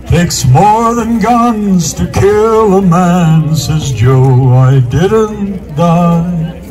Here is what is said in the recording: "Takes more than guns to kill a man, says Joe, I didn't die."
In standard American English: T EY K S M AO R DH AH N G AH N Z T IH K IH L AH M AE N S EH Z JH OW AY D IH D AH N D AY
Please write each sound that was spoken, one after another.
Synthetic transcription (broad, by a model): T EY K S M AO R DH AH N G AH N Z T IH K IH L AH M AE N S EH Z JH OW AY D IH D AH N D AY